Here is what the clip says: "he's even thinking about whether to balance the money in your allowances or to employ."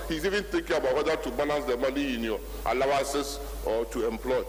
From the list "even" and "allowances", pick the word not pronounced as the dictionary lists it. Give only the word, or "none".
allowances